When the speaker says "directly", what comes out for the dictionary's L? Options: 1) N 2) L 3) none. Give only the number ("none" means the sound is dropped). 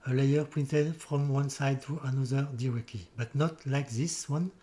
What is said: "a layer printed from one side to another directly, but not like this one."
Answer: 3